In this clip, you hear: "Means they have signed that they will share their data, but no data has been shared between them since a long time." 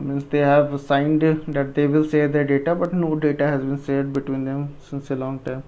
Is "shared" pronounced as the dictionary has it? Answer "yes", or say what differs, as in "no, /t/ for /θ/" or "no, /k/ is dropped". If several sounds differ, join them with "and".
no, /s/ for /ʃ/